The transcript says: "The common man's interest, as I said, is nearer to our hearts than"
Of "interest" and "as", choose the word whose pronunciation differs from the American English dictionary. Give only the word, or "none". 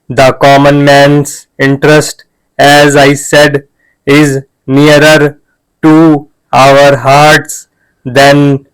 none